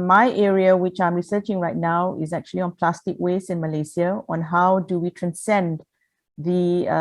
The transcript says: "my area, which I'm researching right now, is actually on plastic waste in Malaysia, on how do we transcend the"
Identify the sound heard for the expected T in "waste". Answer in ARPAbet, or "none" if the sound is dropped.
none